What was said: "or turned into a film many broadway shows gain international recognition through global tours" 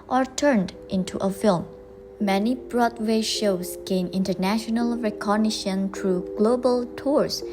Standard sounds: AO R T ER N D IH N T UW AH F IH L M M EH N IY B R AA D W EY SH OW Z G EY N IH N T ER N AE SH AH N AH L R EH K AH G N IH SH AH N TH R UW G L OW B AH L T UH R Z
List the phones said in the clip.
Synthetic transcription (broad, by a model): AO R T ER N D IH N T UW AH F IH L M M EH N IY B R AA D W EY SH OW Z G EY N IH N T ER N AE SH AH N AH L R EH K AH G N IH SH AH N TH R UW G L OW B AH L T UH R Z